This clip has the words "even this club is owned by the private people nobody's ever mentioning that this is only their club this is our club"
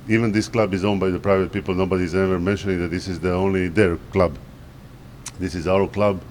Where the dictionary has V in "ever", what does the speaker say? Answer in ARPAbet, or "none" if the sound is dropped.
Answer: V